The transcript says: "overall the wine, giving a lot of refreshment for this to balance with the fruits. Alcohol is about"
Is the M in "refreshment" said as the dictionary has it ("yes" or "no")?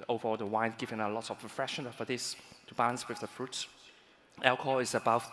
no